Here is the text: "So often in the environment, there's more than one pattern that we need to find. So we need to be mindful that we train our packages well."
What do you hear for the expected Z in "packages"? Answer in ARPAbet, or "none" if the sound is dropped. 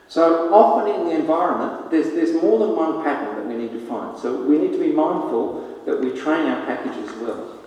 Z